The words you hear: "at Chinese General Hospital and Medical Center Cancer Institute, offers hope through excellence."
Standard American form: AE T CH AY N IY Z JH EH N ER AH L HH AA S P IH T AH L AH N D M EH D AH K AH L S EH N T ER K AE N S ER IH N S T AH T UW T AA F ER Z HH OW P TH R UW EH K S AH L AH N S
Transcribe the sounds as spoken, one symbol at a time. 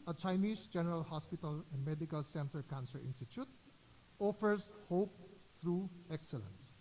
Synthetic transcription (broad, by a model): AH CH AY N IY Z JH EH N ER AH L HH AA S P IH T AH L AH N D M EH D AH K AH L S EH N T ER K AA N S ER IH N S T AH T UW T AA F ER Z HH OW P T R UW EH K S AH L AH N S